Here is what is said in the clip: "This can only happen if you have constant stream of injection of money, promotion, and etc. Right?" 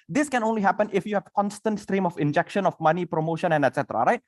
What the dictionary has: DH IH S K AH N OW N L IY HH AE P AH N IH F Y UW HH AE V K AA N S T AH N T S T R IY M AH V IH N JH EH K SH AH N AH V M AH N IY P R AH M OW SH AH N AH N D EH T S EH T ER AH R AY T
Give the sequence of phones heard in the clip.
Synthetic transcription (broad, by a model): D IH S K AH N OW N L IY HH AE P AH N IH F Y UW HH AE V K AA N S T AH N T S T R IY M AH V IH N JH EH K SH AH N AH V M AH N IY P R AH M OW SH AH N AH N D EH T S EH T ER AH R AY T